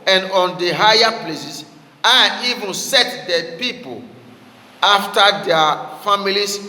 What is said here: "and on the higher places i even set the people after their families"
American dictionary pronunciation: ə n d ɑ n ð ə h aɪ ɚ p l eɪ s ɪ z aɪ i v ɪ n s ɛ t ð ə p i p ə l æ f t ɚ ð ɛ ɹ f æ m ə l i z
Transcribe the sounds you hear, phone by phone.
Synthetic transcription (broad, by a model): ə n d ɑ n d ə h aɪ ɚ p l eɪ s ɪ s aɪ i v ɪ n s ɛ t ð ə p i p ə l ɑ f t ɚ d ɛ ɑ f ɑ m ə l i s